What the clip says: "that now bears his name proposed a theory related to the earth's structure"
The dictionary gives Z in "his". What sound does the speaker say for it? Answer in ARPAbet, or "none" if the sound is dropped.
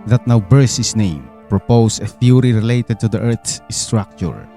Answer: S